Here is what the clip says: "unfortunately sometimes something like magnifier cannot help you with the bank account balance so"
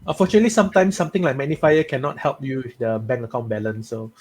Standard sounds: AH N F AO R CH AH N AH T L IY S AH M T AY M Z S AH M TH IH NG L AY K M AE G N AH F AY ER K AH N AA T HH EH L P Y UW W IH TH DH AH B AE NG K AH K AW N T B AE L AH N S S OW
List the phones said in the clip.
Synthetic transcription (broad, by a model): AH N F AO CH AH N AH T L IY S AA M T AY M S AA M T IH NG L AY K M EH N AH F AY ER K AH N AA T HH EH L P Y UW W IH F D AH B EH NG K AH K AW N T B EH L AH N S S OW